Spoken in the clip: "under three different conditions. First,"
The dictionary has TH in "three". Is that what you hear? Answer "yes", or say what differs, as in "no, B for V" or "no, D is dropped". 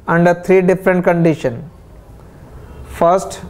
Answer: no, T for TH